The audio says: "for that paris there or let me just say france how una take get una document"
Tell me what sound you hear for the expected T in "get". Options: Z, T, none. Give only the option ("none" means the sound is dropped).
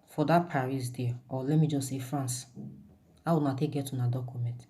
T